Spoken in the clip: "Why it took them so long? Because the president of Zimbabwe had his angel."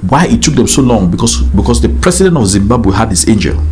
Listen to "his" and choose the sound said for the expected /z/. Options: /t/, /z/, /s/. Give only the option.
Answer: /s/